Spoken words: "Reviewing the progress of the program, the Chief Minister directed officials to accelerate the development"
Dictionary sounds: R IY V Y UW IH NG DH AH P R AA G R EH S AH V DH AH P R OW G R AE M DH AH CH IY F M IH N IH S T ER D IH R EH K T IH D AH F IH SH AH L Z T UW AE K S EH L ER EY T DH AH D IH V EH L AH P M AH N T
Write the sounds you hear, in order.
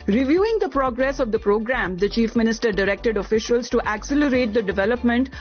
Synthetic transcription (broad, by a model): R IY V Y UW IH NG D AH P R AA G R EH S AH V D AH P R OW G R AE M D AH CH IY F M IH N IH S T ER D IH R EH K T IH D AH F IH SH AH L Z T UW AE K S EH L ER EY T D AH D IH V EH L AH P M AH N T